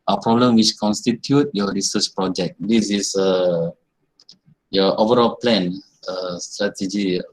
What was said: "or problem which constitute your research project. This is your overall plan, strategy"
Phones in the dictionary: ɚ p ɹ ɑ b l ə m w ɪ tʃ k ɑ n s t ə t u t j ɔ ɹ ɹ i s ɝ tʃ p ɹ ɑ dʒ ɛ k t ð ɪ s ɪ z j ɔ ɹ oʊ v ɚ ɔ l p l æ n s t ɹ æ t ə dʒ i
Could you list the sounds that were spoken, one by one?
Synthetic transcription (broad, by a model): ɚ p ɹ ɑ b l ə m w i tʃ k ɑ n s t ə t u t j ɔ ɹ ɹ i s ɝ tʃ p ɹ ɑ dʒ ɛ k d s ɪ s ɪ j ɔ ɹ oʊ v ɚ ɔ l p l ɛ n s t ɹ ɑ t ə dʒ i